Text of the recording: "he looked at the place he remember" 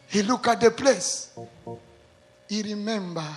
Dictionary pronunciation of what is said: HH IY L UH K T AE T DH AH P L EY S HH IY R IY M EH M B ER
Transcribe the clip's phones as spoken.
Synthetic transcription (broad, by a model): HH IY L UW K AA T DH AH P L EY S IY R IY M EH M B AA